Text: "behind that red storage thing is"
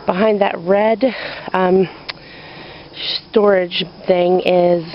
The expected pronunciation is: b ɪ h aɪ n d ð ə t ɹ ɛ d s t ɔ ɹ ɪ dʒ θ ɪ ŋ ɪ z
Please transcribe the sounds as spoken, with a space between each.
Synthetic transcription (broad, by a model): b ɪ h aɪ n ð ə t ɹ ɛ d s t ɔ ɹ ɪ dʒ θ ɪ ŋ ɪ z